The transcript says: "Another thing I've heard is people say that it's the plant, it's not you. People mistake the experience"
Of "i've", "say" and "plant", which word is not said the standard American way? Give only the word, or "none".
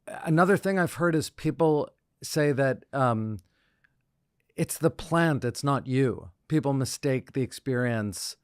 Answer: none